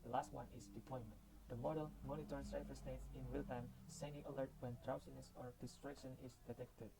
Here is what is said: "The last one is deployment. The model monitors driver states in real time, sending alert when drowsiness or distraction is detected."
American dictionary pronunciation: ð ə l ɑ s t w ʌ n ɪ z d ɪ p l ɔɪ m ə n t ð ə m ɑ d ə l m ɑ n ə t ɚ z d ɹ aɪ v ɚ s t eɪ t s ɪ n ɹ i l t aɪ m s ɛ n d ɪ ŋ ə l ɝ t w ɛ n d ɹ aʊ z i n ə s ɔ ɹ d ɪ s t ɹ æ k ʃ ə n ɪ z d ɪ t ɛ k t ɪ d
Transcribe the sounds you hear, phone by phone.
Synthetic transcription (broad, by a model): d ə l ɑ s t w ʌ n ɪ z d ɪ p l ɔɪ m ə n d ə m ɑ d ə l m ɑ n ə t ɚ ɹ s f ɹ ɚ s t eɪ t s ɪ n w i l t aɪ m s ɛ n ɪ ə l ɝ t w ɛ n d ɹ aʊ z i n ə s ɔ ɹ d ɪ s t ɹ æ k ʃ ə n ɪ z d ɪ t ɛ k t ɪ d